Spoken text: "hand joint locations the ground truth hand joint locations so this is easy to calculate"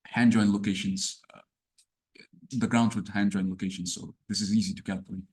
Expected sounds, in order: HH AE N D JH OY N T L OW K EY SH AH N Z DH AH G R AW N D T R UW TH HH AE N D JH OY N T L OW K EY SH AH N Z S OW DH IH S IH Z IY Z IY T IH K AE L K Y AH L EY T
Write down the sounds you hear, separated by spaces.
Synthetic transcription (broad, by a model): HH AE N JH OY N L OW K EY SH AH N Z DH AH G R AW N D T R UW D HH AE N JH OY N L OW K EY SH AH N Z S OW DH IH S IH Z IY Z IY T IH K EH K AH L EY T